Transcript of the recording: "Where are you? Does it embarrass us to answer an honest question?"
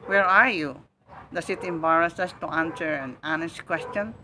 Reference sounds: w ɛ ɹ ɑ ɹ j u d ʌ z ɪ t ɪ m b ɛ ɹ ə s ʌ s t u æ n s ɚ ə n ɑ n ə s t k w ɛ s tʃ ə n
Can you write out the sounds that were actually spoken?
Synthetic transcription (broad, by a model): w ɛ ɹ ɑ ɹ j u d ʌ s ɪ t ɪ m b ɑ ɹ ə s ʌ s t u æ n s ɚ ə n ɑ n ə s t k w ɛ s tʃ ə n